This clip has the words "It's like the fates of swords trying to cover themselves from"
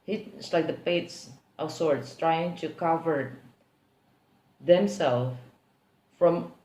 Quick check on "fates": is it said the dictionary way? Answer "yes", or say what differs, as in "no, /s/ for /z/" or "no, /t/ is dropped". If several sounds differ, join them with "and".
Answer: no, /p/ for /f/